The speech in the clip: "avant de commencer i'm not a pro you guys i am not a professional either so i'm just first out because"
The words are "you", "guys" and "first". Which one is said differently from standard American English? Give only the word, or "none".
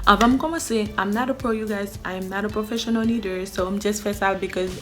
first